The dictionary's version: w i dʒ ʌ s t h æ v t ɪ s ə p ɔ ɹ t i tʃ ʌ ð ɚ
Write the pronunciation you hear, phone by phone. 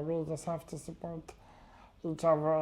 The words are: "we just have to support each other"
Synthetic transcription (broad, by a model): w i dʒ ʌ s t h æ f t ɪ s ə p ɔ ɹ t i tʃ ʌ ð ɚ